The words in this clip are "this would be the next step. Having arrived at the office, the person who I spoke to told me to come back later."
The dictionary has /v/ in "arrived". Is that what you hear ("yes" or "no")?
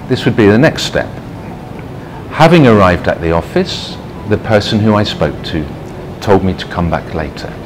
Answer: yes